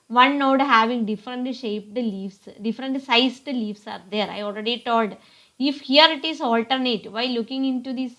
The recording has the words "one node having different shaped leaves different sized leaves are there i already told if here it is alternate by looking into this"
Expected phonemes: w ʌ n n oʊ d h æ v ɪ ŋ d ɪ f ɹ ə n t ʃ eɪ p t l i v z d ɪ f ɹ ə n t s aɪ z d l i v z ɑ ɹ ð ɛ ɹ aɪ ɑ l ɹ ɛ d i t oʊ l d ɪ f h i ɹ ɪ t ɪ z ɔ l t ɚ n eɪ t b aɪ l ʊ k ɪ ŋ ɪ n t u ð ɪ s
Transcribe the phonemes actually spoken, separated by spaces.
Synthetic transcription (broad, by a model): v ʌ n n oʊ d h æ v ɪ ŋ d ɪ f ɹ ə n t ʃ eɪ p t l i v s d ɪ f ɹ ə n t s aɪ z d l i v s ɑ ɹ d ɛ ɹ aɪ ɑ l ɹ ɛ d i t oʊ l d ɪ f h i ɹ ɪ t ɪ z ɔ l t ɚ n eɪ t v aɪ l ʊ k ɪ ŋ ɪ n t u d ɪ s